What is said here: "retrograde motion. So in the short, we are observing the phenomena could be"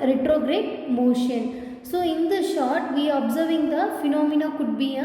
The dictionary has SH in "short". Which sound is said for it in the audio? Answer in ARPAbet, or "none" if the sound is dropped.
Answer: SH